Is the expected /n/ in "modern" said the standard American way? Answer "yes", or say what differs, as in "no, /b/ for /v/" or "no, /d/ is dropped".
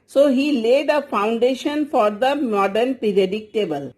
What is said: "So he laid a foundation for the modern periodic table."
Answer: yes